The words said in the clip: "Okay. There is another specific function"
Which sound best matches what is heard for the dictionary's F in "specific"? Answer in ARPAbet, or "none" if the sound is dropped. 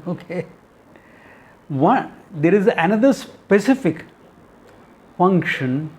F